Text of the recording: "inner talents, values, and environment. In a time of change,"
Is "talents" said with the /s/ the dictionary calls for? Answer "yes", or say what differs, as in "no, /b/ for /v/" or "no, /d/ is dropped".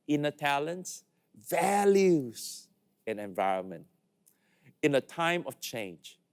yes